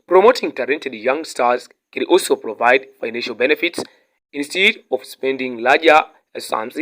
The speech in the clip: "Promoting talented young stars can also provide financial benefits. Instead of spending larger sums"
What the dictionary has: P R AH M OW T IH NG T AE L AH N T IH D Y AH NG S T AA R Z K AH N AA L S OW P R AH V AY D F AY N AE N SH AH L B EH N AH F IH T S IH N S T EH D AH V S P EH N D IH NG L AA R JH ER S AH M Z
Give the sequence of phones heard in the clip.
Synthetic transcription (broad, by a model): P R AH M OW T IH NG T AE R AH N T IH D Y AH NG S T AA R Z K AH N AA L S OW P R AH V AY D F AY N AE N SH AH L B EH N AH F IH T S IH N S T EH D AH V S P EH N D IH NG L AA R JH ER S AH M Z